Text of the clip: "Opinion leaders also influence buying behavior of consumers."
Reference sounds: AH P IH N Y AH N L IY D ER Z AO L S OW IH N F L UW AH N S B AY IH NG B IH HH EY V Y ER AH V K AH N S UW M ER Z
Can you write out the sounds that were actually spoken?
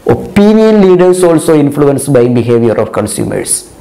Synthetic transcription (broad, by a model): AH P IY N Y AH N L IY D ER S AO L S OW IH N F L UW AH N S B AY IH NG B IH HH EY V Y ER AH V K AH N S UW M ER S